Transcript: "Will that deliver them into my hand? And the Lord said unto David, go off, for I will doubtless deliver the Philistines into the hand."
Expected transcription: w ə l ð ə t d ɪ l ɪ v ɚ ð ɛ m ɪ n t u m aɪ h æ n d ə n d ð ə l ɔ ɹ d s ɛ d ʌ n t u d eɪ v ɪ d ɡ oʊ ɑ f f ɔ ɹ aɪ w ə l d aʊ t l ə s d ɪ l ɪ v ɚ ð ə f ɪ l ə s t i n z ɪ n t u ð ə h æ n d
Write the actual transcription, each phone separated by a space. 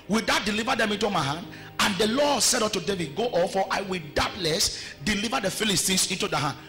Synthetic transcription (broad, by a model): w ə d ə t d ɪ l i v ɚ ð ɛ m ɪ n t u m aɪ h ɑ n d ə n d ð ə l ɔ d s ɛ d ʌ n t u d eɪ v ɪ d ɡ oʊ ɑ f f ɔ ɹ aɪ w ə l d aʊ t l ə s d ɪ l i v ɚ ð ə f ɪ l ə s t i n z ɪ n t u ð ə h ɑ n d